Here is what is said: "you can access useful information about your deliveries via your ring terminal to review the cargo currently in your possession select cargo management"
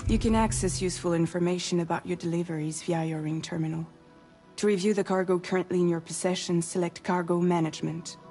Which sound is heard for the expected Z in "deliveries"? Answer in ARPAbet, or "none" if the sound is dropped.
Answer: Z